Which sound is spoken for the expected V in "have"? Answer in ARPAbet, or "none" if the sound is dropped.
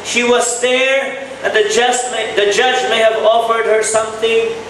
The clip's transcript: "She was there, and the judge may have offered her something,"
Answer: V